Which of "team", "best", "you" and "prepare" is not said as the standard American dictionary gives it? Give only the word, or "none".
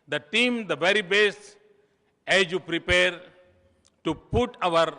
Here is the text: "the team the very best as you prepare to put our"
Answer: best